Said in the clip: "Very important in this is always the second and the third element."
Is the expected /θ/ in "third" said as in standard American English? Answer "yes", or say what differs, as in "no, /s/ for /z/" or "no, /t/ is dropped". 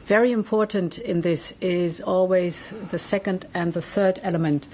yes